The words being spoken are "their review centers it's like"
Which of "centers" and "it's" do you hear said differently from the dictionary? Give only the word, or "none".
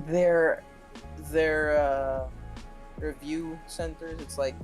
none